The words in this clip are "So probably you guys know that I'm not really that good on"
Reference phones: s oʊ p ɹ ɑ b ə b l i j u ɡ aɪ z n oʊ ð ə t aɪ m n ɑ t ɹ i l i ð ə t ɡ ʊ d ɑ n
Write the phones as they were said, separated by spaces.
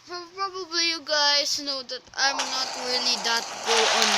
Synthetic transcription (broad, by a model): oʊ p ɹ ɑ b ə b l i j u ɡ aɪ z n oʊ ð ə t aɪ m n ɑ t ɹ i l i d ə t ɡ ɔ ɑ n